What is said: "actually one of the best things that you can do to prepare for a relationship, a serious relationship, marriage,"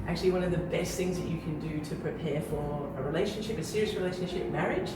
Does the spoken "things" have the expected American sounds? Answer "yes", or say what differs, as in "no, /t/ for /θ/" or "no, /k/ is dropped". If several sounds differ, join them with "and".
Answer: yes